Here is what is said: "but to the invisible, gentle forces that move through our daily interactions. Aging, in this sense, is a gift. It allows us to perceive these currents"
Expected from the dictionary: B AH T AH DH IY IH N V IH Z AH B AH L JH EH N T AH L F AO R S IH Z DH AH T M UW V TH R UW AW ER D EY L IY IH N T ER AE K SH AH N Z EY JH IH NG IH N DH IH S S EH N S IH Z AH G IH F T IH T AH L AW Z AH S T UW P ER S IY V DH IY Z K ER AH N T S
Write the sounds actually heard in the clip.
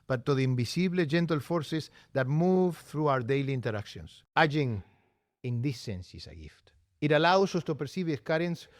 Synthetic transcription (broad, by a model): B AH T AH DH IY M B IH S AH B L JH EH N T AH L F AO R S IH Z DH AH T M UW V TH R UW AW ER D EY L IY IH N T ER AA K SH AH N S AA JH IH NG IH N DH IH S S EH N S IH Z AH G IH F T IH T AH L AW S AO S T UW P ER S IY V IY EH K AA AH N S